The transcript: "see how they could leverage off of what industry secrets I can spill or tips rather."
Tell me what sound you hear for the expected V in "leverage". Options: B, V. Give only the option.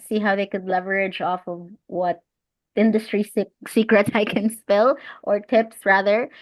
V